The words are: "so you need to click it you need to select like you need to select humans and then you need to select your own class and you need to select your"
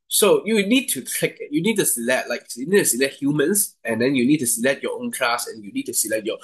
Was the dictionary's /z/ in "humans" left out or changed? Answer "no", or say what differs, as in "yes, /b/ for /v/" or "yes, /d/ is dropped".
yes, /s/ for /z/